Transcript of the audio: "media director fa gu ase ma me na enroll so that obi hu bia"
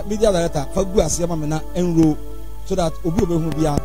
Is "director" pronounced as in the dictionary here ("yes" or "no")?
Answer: no